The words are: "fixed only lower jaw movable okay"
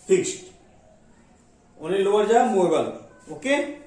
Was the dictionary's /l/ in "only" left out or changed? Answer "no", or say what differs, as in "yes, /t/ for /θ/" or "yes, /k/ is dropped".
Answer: yes, /l/ is dropped